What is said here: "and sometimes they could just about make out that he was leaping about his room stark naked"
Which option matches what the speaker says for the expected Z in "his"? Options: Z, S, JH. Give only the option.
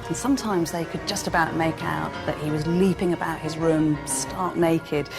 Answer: Z